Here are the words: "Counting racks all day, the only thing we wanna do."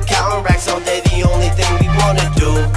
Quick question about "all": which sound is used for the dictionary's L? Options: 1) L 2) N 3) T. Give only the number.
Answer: 2